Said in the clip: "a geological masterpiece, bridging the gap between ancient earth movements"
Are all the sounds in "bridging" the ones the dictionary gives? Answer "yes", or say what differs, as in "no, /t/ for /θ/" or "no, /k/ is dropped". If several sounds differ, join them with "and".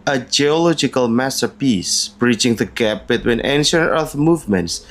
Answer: no, /tʃ/ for /dʒ/